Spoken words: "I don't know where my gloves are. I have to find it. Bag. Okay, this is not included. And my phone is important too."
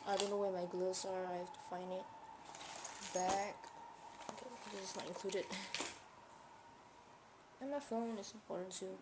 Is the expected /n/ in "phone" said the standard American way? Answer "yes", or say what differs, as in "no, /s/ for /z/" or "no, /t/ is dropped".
yes